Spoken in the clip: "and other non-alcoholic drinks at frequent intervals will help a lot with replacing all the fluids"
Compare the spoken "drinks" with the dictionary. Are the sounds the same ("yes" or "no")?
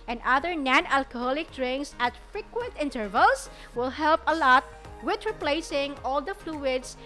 no